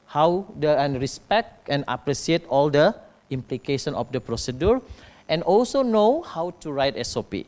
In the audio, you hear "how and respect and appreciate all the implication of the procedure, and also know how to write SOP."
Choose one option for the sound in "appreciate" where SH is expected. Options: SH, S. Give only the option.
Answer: S